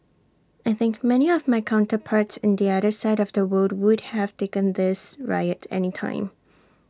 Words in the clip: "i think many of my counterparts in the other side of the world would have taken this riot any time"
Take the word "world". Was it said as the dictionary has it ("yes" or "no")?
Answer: no